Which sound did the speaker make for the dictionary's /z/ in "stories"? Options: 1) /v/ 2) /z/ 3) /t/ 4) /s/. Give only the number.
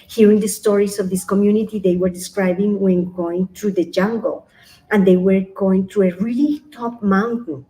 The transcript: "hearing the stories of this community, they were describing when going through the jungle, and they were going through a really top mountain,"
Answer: 4